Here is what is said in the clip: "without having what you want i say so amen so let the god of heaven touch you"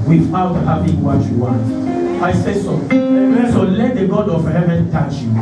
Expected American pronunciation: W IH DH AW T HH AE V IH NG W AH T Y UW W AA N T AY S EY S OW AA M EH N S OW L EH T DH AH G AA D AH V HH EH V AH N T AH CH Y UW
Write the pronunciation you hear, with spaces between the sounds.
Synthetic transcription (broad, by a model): W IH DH AW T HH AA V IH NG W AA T Y UW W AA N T AY S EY S OW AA EH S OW L EH T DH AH G AA D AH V HH EH V AH N T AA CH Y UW